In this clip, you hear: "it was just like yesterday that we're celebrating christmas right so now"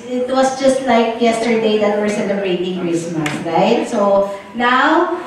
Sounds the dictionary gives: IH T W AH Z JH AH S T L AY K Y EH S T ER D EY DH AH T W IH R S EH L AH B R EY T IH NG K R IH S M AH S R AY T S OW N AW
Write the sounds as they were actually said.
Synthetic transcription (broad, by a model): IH T W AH S JH AH S T L AY K Y EH S T ER D EY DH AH T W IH R S EH L AH B R EY T IH NG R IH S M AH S R AY T S OW N AW